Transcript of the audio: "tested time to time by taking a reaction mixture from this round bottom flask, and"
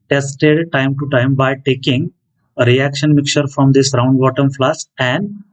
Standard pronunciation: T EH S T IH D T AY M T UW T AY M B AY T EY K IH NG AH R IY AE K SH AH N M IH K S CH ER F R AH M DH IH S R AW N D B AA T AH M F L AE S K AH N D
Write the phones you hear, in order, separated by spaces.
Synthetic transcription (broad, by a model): T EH S T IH D T AY M T UW T AY M B AY T EY K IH NG AH R IY AE K SH AH N M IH K CH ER F R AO M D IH S R AW N D B AA T AH M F L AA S AH N D